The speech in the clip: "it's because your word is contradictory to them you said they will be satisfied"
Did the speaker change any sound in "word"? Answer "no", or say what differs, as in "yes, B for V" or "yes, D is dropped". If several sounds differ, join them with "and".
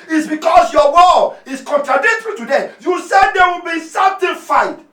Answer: yes, D is dropped